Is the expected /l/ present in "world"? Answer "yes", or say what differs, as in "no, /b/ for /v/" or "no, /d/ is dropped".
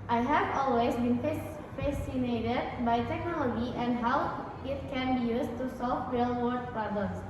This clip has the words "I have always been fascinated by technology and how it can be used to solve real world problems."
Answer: no, /l/ is dropped